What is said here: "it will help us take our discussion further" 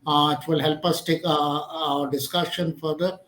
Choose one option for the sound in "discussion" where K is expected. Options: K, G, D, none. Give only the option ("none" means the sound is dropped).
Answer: K